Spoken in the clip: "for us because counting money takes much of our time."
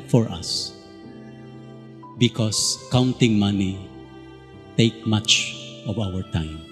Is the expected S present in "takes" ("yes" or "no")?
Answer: no